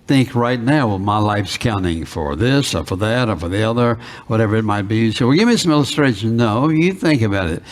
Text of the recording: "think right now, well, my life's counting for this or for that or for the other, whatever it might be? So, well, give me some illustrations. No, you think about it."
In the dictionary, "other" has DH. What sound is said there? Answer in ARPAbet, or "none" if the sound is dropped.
DH